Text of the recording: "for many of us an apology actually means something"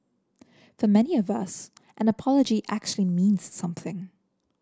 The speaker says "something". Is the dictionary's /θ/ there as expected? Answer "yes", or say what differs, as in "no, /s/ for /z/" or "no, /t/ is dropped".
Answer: yes